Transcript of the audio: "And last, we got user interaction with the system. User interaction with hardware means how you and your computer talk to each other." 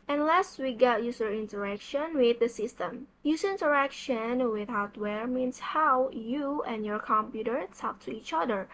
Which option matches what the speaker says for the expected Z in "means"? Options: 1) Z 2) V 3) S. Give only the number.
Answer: 3